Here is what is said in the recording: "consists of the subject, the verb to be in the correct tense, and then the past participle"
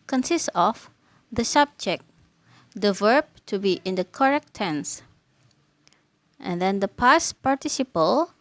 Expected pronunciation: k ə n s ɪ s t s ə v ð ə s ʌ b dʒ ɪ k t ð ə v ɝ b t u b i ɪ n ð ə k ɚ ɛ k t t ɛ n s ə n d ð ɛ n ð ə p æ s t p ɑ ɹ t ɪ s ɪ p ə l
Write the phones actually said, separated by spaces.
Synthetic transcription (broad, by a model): k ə n s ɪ s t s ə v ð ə s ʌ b dʒ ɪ k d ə v ɝ b t u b i ɪ n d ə k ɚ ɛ k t t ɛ n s ə n d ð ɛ n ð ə p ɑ s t p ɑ ɹ t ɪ s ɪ p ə l